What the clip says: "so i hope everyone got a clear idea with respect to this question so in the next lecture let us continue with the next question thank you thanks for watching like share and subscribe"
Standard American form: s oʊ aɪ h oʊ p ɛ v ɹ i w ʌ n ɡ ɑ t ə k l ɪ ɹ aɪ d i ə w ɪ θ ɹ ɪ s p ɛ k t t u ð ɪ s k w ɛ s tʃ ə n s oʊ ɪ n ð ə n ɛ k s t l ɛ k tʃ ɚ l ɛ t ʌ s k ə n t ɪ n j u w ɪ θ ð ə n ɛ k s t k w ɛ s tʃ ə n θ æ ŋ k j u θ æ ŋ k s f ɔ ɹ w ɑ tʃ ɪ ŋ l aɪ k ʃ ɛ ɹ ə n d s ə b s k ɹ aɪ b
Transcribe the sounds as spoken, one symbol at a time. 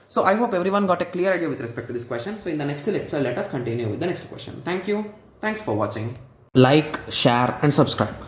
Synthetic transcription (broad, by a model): s oʊ aɪ h oʊ p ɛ v ɹ i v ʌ n ɡ ɑ t ə k l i ɹ aɪ d i ə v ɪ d ɹ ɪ s p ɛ k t t u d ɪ s k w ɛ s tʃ ə n s oʊ ɪ n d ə n ɛ k s t l ɛ k tʃ ɚ l ɛ t ʌ s k ə n t ɪ n j u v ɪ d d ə n ɛ k s t k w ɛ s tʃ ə n t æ ŋ k j u t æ ŋ k s f ɔ ɹ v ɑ tʃ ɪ ŋ l aɪ k ʃ ɛ ɹ ə n d s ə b s k ɹ aɪ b